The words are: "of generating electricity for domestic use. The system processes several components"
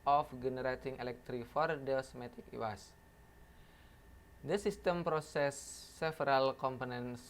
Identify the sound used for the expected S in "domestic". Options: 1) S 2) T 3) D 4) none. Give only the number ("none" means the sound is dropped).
4